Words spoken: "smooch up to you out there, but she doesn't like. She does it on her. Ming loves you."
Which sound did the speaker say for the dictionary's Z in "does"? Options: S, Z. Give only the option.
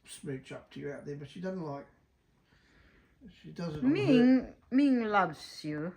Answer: Z